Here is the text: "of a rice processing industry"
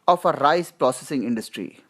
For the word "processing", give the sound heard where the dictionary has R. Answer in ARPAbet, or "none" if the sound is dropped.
R